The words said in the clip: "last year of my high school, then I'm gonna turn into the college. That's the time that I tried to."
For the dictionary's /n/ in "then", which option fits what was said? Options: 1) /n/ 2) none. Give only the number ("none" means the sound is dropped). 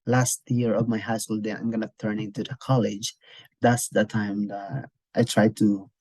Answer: 2